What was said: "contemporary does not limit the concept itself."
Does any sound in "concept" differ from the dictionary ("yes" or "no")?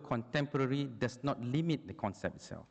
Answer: yes